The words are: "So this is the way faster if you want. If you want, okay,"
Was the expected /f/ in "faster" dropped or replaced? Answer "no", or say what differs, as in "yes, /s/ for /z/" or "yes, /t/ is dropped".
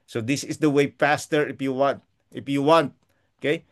yes, /p/ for /f/